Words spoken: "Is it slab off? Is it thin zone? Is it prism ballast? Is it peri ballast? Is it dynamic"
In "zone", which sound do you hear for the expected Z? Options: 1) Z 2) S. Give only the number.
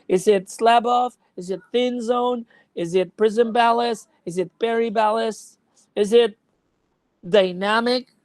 1